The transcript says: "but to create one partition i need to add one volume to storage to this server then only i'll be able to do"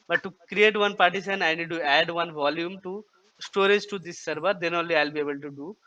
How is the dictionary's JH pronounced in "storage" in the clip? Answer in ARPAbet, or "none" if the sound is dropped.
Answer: JH